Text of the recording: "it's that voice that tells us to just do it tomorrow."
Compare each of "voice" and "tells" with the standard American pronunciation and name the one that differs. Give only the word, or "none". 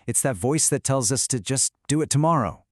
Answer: none